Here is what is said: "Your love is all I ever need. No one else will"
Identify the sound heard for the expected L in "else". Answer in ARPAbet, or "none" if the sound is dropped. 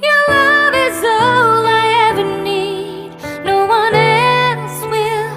N